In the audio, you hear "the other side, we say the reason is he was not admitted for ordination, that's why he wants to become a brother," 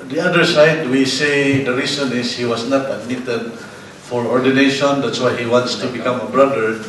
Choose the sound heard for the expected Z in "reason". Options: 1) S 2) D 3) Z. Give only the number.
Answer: 1